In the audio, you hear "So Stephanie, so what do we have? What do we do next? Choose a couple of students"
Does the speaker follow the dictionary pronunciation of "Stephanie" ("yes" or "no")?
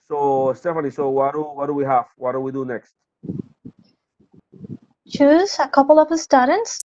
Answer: no